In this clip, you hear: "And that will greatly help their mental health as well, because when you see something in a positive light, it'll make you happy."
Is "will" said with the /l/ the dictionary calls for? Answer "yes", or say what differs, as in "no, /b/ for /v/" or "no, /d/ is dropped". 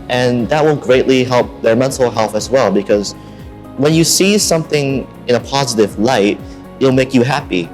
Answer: no, /n/ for /l/